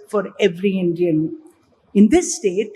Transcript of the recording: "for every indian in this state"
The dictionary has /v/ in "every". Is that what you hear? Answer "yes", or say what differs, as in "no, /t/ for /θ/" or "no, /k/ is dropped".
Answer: yes